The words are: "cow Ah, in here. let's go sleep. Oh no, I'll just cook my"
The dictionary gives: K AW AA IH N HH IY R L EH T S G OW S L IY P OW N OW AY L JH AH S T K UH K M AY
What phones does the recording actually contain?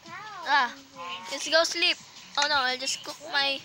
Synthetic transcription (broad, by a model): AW AA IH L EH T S G OW S L IY P OW N OW AY L JH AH S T K UH K M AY